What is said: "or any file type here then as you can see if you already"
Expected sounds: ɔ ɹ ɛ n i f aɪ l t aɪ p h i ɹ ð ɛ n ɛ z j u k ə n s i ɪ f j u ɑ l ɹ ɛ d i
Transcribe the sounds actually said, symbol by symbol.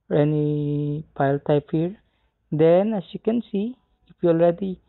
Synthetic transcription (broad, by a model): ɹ ɛ n i p aɪ l t aɪ p h i ɹ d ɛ n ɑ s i k ə n s i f j u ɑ l ɹ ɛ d i